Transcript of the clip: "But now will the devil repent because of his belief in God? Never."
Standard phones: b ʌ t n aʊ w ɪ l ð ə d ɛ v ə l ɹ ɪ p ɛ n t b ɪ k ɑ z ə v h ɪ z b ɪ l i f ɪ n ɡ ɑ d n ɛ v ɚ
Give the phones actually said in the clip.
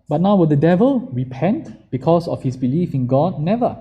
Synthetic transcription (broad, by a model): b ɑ t n aʊ w ɪ l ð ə d ɛ v ə l ɹ ɪ p ɛ n t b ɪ k ɑ s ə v h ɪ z b ɪ l i f ɪ n ɡ ɑ d n ɛ v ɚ